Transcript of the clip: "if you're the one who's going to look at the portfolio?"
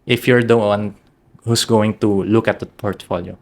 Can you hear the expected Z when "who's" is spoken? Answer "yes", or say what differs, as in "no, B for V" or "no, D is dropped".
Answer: no, S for Z